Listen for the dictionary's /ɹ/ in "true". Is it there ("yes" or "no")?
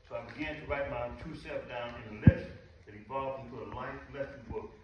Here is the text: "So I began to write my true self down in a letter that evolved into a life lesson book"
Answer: no